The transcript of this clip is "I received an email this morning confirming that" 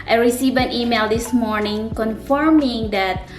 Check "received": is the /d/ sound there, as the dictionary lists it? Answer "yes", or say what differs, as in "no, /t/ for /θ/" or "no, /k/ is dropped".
no, /d/ is dropped